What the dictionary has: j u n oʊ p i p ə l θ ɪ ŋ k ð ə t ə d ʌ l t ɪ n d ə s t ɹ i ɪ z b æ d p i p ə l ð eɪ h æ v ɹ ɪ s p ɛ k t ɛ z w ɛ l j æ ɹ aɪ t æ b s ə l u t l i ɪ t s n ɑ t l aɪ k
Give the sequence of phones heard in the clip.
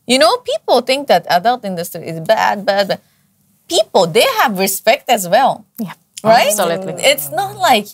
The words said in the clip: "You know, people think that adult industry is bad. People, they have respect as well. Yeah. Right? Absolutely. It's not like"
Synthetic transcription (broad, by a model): j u n oʊ p i p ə l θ ɪ ŋ k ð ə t ə d ʌ l t ɪ n d ə s t ɹ i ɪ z b æ d b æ p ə l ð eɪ h æ v ɹ ɪ s p ɛ k t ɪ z w ɛ l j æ ɹ aɪ t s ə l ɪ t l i ɪ t s n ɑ t l aɪ k